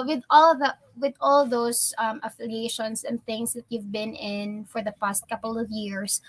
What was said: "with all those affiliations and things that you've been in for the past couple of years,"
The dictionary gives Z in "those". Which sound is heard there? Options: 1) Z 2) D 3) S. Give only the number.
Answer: 3